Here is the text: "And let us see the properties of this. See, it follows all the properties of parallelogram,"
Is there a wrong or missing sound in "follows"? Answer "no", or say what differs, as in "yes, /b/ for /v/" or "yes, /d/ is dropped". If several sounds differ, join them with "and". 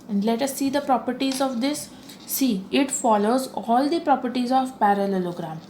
no